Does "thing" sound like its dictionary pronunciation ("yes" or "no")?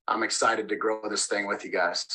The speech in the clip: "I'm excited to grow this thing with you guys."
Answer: yes